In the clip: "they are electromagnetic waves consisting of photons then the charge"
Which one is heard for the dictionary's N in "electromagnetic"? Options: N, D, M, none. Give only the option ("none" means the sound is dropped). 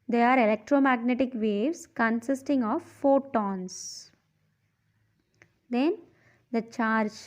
N